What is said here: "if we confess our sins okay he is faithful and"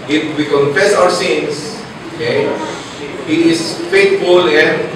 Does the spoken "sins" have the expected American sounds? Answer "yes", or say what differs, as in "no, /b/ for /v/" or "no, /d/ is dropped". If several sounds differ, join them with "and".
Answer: no, /s/ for /z/